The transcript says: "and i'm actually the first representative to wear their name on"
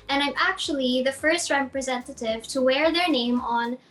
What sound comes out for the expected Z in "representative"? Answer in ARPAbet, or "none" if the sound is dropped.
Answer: Z